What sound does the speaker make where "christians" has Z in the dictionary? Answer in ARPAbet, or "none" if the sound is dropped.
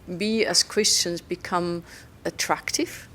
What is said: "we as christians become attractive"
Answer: Z